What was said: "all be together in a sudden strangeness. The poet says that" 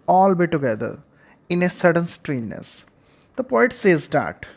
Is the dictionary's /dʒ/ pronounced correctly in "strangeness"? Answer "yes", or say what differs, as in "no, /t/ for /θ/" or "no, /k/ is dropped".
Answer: no, /dʒ/ is dropped